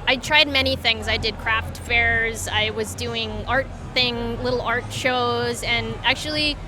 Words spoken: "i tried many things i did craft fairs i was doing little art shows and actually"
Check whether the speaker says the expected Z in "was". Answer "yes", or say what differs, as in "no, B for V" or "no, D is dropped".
yes